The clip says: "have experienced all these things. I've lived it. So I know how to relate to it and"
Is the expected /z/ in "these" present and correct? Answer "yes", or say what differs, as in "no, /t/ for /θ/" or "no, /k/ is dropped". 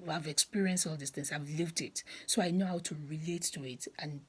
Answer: no, /s/ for /z/